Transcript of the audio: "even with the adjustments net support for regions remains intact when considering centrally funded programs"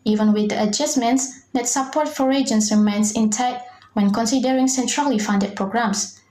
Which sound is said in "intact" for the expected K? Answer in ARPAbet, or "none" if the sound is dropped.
none